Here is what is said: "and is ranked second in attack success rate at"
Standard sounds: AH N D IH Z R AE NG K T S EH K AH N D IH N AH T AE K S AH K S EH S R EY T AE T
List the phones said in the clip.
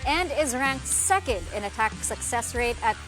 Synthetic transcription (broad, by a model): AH N D IH Z R AE NG K T S EH K AH N D IH N AH T AE K S AH K S EH S R EY T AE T